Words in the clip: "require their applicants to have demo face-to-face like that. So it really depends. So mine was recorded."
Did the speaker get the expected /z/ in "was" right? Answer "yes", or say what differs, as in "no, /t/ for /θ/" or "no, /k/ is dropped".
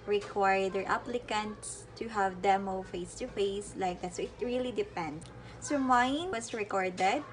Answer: no, /s/ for /z/